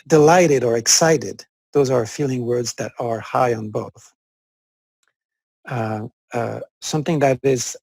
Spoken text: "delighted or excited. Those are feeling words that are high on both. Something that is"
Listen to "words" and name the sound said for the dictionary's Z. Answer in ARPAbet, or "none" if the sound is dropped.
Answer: Z